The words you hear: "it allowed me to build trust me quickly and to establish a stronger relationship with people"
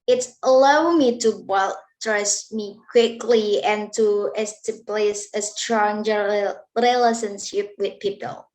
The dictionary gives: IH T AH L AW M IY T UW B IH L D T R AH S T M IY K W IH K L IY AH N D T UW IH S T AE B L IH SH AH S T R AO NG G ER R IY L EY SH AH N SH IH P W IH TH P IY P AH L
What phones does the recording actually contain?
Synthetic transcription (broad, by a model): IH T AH L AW M IY T UW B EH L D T R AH S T M IY K W IH K L IY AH N T UW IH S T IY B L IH S AH S T R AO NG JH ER R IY L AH S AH N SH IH P W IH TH P IY P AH L